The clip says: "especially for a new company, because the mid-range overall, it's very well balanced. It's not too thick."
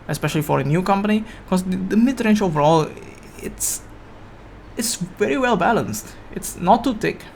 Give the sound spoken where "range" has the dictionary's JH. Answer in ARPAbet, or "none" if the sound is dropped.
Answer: SH